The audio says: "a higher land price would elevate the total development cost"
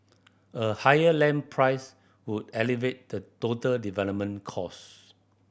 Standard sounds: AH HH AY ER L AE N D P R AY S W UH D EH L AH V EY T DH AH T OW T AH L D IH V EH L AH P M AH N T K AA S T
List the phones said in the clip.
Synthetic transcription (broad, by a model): AH HH AY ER L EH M P R AY S W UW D EH L AH V EY T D AH T OW T AH L D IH V EH L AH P M AH N K AA S